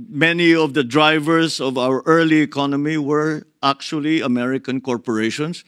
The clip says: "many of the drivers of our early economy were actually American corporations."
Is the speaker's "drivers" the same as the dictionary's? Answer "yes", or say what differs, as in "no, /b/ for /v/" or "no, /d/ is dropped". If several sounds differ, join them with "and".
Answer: no, /s/ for /z/